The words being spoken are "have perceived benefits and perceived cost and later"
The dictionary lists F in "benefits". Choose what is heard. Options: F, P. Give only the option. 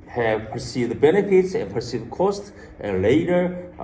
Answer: F